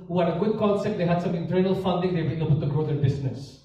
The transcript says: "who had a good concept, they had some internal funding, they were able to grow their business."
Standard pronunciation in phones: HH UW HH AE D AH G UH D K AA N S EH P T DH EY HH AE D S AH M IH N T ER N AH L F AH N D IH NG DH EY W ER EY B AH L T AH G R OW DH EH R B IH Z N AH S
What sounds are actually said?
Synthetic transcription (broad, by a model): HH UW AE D AH G UH D K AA L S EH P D EY HH AE D S AH M IH N T ER N AH L F AH N D IH NG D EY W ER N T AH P T AH G R OW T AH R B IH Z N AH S